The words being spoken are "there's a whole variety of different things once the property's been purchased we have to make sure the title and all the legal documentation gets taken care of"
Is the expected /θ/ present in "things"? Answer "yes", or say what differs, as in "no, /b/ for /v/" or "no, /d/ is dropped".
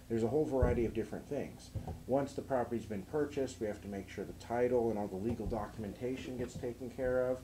yes